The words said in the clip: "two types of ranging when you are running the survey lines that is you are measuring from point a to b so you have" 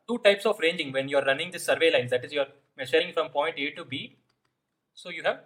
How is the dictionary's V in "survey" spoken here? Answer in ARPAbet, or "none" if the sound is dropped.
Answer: V